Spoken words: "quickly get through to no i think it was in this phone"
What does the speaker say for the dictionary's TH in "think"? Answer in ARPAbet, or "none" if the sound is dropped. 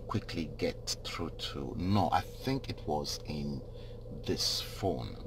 TH